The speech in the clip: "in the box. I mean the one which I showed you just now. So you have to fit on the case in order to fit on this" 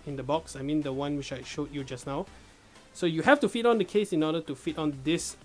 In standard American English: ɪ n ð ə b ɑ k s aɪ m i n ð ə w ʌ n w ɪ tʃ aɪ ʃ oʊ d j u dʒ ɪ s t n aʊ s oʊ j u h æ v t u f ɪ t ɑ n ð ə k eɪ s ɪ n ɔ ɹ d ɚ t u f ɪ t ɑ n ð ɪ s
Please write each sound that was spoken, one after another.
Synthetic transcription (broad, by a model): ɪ n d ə b ɑ k s aɪ m i n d ə w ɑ n w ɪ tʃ aɪ ʃ oʊ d j u dʒ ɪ s n aʊ s oʊ j u h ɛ f t u f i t ɑ n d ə k eɪ s ɪ n ɔ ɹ d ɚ t u f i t ɑ n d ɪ s